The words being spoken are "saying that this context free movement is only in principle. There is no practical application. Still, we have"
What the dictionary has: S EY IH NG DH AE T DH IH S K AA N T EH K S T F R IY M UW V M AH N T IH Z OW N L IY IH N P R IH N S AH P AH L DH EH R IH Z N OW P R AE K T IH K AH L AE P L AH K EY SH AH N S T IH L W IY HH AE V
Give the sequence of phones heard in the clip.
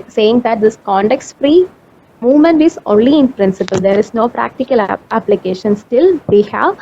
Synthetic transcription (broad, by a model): S EY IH NG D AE T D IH S K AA N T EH K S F R IY M UW V M AH N T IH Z OW N L IY IH N P R IH N S AH P AH L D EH R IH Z N OW P R AE K T IH K AH L AE P L AH K EY SH AH N S T IH L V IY HH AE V